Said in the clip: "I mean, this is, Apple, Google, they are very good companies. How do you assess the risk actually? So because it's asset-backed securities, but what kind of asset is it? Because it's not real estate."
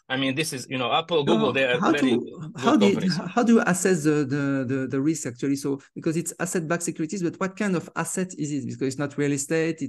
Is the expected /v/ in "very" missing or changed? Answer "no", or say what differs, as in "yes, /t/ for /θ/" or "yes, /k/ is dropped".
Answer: yes, /w/ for /v/